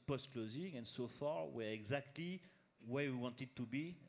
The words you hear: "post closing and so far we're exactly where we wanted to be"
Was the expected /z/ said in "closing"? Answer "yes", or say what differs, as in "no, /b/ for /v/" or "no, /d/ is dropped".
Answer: yes